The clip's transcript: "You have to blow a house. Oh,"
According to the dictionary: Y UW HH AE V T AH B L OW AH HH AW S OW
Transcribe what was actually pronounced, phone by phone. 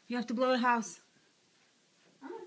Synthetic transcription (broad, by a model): Y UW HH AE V T AH B L OW AH HH AW S